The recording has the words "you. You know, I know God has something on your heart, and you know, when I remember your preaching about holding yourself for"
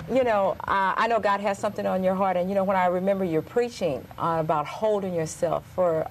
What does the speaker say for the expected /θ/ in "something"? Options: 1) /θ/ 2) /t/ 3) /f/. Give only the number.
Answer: 1